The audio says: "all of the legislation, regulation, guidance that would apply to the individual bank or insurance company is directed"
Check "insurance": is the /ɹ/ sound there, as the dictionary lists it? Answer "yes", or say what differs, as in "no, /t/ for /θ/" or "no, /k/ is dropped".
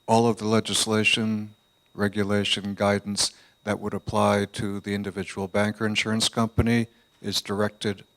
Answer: yes